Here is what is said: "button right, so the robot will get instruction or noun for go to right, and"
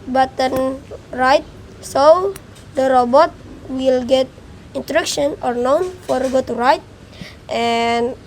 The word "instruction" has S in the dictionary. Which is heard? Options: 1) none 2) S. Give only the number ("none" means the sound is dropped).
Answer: 1